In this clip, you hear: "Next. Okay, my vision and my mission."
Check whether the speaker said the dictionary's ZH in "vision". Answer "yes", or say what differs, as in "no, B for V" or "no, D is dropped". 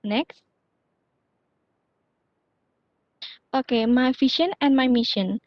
no, SH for ZH